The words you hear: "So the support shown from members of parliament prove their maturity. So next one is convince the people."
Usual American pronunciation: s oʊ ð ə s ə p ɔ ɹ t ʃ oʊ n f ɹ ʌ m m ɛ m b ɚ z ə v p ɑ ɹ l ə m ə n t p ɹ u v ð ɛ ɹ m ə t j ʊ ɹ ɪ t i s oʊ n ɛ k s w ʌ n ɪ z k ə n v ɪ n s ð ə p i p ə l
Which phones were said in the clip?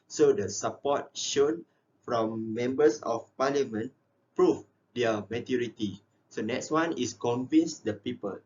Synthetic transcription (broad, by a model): s oʊ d ə s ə p ɔ t ʃ oʊ n f ɹ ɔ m m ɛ m b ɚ s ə f p ɑ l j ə m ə n p ɹ u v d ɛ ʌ m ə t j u ɹ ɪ t i s oʊ n ɛ k s w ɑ n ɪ s k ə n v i n s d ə p i p ə l